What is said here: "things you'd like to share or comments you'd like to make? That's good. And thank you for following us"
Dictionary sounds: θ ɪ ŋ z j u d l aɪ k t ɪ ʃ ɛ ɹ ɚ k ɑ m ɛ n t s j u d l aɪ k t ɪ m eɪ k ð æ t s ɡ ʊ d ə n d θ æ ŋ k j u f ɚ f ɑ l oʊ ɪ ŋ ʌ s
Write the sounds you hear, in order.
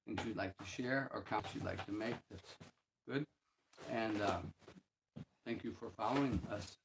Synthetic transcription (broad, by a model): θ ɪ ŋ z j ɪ d l aɪ k t ɪ ʃ ɛ ɹ ɚ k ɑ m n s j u d l aɪ k t ɪ m eɪ k ð æ t s ɡ ʊ d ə n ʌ θ æ ŋ k j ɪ f ɚ f ɑ l oʊ ɪ ŋ ʌ s